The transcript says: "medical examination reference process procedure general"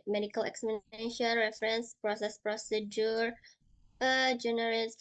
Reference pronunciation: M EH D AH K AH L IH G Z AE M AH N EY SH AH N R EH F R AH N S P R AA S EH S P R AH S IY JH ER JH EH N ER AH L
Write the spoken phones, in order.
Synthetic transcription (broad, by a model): M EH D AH K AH L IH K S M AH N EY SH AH N R EH F R AH N S P R AA S EH S P R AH S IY JH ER JH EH N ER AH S